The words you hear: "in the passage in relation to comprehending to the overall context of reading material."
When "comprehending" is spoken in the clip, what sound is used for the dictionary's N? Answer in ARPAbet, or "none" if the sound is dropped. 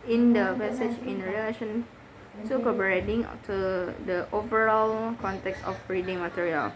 none